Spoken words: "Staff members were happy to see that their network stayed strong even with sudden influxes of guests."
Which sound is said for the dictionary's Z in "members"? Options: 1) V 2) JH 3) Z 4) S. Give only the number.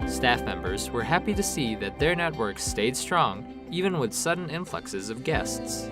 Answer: 3